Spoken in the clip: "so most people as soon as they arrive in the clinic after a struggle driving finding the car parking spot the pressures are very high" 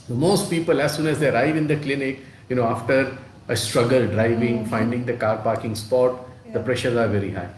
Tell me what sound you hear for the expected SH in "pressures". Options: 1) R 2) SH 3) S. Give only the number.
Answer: 2